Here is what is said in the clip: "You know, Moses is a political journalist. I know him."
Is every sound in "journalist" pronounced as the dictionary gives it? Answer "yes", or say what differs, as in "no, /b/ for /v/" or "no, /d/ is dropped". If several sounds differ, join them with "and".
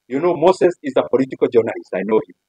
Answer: no, /t/ is dropped